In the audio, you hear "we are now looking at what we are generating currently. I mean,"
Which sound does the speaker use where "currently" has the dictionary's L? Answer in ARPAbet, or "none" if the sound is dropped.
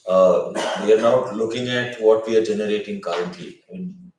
none